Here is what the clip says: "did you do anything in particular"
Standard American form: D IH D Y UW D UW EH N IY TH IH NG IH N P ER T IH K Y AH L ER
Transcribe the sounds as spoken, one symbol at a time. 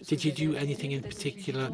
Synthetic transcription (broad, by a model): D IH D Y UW D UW EH N IY TH IH NG IH N P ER T IH K Y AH L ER